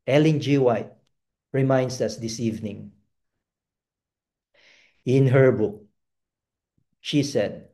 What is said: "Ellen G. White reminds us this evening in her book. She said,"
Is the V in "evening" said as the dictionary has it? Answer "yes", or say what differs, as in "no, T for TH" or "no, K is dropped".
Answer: yes